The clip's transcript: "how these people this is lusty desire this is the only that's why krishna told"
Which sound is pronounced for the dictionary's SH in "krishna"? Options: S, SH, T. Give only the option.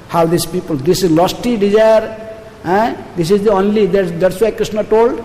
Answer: S